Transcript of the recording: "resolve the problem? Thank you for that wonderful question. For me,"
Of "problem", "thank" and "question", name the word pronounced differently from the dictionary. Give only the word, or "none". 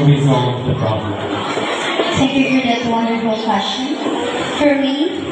thank